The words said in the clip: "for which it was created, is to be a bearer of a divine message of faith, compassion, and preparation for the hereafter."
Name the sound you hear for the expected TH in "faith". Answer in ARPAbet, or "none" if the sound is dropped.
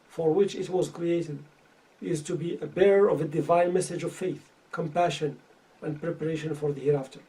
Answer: TH